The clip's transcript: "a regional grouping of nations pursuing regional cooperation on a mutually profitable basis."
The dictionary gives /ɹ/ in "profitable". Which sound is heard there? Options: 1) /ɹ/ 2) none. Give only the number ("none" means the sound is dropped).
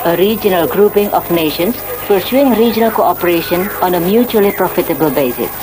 1